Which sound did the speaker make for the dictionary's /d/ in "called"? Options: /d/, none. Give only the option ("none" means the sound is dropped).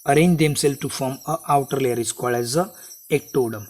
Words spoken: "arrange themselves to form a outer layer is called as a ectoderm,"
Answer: none